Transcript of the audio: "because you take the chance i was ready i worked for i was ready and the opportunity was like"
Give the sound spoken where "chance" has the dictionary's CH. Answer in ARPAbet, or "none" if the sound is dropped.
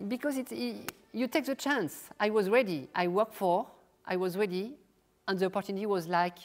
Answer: CH